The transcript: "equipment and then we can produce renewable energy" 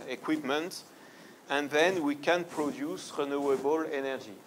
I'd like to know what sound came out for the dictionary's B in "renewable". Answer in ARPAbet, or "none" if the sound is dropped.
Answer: B